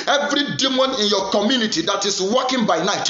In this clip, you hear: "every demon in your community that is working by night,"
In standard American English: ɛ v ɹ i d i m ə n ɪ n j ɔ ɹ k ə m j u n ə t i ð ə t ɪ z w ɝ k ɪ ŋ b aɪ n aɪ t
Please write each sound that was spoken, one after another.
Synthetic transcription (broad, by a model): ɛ v ɹ i d i m ə n ɪ n j ɔ k ə m j u n ə t i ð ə t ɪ s w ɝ k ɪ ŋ b aɪ n aɪ t